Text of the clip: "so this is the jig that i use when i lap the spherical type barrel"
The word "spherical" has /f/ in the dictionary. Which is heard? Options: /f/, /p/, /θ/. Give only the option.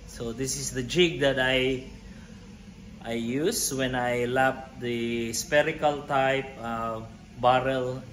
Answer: /p/